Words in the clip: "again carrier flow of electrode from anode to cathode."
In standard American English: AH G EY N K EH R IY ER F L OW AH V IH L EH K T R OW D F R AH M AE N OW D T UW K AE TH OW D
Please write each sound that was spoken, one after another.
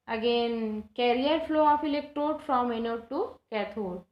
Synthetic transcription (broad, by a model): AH G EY N K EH R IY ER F L OW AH F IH L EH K T OW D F R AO M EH N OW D T UW K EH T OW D